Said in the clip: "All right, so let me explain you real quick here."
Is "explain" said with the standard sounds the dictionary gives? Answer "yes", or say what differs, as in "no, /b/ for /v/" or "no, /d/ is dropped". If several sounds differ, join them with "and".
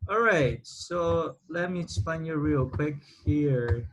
no, /l/ is dropped